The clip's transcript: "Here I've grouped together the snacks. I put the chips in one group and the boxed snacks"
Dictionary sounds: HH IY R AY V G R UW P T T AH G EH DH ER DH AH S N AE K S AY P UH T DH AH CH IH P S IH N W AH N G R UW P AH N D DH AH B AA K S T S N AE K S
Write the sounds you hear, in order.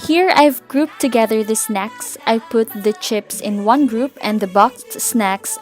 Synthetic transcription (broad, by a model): HH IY R AY V G R UW P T T AH G EH DH ER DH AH S N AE K S AY P UH T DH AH CH IH P S IH N W AH N G R UW P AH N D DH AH B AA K T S N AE K S